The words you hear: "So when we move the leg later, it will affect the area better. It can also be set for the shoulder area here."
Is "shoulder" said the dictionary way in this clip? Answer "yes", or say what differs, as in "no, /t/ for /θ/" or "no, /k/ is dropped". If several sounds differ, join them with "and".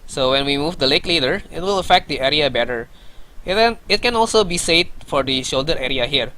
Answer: yes